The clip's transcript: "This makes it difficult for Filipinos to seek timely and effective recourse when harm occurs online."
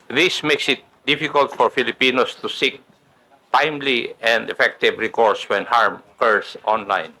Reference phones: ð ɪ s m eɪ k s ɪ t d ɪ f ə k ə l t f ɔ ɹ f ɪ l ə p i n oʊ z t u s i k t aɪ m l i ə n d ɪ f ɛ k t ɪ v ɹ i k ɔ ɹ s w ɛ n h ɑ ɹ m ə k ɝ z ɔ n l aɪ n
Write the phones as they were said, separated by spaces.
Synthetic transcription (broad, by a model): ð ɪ s m eɪ k s ɪ t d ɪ f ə k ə l t f ɔ ɹ f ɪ l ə p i n oʊ s t u s i k t aɪ m l i ə n d ɪ f ɛ k t ɪ v ɹ i k ɔ ɹ s w ɛ n h ɑ ɹ m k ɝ s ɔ n l aɪ n